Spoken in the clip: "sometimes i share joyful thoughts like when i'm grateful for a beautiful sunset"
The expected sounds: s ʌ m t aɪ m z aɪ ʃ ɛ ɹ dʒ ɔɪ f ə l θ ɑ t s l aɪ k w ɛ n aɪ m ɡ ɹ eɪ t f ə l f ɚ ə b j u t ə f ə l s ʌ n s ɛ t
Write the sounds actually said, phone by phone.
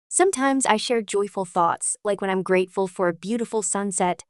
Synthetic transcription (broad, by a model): s ʌ m t aɪ m z aɪ ʃ ɛ ɹ dʒ ɔɪ f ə l θ ɑ t s l aɪ k w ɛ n aɪ m ɡ ɹ eɪ t f ə l f ɚ ə b j u t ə f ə l s ʌ n s ɛ t